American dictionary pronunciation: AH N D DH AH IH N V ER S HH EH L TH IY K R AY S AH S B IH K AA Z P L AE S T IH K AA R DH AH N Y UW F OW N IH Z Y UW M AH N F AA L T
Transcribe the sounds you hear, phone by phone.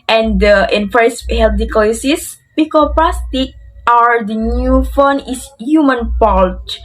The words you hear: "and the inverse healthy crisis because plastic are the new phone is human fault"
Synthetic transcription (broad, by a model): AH N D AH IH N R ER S HH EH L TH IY K AY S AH S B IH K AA P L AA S T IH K AA R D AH N Y UW F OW N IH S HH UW M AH N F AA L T